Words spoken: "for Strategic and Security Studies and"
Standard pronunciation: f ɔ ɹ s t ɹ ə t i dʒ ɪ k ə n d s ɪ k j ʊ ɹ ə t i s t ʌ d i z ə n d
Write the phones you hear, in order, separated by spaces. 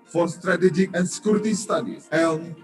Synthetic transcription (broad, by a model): f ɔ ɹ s t ɹ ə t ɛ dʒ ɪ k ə n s k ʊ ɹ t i s t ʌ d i ə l